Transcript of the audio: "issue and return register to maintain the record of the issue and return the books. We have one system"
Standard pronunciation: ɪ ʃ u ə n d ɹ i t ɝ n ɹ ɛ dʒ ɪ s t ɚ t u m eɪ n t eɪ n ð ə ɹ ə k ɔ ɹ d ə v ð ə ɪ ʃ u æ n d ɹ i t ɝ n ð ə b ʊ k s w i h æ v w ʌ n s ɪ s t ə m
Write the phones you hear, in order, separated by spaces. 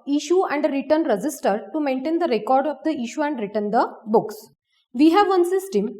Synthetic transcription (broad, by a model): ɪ ʃ u ə n d ɹ i t ɝ n ɹ ɛ dʒ ɪ s t ɚ t u m eɪ n t eɪ n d ə ɹ ə k ɔ ɹ d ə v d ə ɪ ʃ u æ n d ɹ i t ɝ n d ə b ʊ k s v i h æ v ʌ n s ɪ s t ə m